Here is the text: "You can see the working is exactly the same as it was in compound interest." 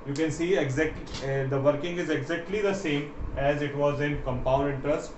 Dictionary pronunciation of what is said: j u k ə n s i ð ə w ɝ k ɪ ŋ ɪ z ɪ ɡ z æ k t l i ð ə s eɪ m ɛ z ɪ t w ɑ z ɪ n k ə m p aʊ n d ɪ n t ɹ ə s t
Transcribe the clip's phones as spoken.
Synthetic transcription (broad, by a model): j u k ə n s i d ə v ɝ k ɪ ŋ ɪ z ɪ ɡ z æ k t l i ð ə s eɪ m ɛ z ɪ t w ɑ z ɪ n k ə m p aʊ n d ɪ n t ɹ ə s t